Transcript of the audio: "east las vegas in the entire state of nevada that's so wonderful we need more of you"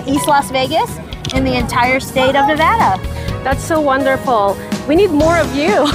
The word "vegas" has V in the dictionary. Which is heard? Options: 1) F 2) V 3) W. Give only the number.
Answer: 2